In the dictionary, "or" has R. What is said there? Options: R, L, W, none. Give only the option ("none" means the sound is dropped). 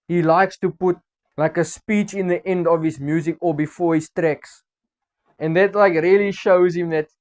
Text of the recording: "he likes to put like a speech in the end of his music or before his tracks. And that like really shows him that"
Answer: L